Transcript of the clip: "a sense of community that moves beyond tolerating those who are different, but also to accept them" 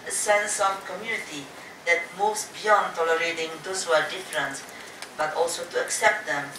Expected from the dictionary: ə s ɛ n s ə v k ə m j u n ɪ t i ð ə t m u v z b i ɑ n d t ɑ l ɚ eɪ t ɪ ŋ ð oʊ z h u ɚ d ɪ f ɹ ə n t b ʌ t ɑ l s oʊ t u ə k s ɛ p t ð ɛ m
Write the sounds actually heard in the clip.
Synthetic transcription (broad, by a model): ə s ɛ n s ə v k ə m j u n ɪ t i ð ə t m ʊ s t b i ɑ n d t ɑ l ɚ eɪ t ɪ ŋ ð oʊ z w ɚ d ɪ f ɹ ə n t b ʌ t ɑ l s oʊ t u ə k s ɛ p t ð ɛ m